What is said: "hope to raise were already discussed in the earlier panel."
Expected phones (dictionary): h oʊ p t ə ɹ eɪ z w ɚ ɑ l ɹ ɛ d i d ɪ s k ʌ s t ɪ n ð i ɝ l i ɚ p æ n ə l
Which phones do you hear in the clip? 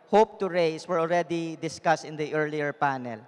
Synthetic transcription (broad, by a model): h oʊ p t ə ɹ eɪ s w ɚ ɑ l ɹ ɛ d i d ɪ s k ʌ s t ɪ n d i ɝ l i ɚ p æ n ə l